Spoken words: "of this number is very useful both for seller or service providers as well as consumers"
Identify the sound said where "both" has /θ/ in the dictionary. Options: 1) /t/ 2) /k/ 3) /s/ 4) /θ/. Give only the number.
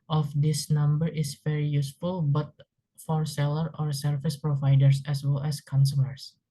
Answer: 1